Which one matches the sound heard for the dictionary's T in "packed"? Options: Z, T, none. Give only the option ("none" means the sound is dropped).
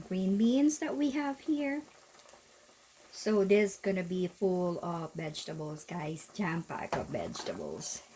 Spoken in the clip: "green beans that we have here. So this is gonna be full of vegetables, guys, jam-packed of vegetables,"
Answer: none